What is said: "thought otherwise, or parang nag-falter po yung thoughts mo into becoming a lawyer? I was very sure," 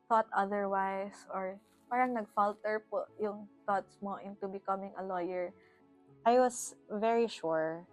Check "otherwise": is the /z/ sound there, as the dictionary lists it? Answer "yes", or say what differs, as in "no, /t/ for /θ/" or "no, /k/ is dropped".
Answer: no, /s/ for /z/